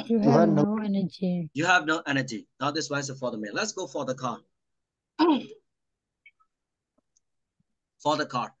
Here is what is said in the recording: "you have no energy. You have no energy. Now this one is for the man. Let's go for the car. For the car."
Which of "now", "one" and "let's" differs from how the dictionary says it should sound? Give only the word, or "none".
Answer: one